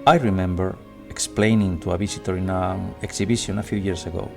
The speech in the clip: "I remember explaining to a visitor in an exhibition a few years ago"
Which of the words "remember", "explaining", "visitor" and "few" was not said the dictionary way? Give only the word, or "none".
visitor